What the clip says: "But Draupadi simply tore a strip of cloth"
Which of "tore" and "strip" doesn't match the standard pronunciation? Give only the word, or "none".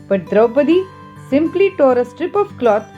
none